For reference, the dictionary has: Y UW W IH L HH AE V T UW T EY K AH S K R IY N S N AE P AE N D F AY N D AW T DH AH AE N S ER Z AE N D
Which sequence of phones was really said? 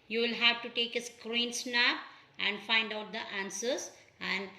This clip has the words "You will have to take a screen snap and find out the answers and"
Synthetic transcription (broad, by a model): Y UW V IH L HH AE V T UW T EY K AH S K R IY N S N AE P AE N D F AY N D AW T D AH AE N S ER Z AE N D